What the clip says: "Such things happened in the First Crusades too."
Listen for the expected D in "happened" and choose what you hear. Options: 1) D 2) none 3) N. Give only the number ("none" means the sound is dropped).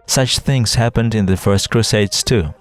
1